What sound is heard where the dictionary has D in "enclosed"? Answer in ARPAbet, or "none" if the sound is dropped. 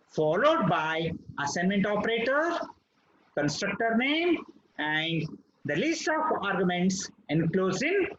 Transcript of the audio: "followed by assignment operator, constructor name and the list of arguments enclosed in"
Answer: none